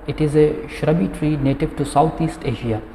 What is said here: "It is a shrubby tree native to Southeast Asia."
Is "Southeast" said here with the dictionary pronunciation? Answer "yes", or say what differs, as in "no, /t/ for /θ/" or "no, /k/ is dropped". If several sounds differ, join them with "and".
no, /t/ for /θ/